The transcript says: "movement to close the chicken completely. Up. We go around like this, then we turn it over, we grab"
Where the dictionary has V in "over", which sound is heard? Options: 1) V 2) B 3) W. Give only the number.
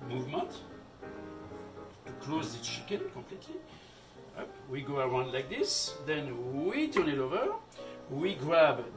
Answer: 1